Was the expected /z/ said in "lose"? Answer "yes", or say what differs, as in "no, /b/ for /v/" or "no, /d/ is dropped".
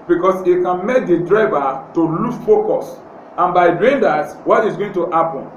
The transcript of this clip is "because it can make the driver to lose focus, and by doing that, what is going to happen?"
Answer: no, /z/ is dropped